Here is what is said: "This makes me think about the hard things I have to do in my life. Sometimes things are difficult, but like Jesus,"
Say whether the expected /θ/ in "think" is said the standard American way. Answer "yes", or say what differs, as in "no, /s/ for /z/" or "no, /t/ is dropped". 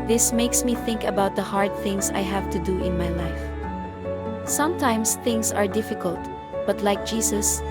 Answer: yes